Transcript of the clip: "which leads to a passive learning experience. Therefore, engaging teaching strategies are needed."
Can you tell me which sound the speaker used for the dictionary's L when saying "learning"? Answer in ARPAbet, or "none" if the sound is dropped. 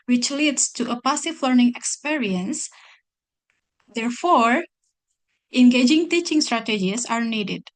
L